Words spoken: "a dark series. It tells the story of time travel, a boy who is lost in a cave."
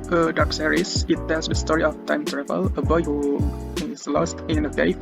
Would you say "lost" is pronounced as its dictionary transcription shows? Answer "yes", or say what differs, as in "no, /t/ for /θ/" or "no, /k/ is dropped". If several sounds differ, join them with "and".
yes